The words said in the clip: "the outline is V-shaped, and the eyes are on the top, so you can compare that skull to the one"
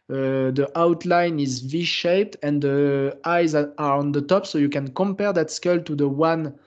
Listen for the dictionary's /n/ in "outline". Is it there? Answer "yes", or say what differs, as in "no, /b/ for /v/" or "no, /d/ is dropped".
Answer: yes